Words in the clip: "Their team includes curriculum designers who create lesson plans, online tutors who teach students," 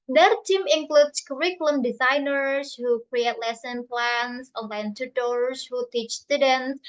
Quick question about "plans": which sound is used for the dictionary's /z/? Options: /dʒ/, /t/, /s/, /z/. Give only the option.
/s/